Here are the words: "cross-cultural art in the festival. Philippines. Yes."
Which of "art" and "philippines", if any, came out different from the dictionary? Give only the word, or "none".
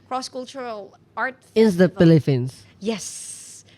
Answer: philippines